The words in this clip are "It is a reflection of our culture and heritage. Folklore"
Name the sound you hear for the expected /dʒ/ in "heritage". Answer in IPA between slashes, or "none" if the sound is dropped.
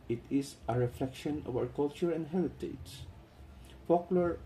/z/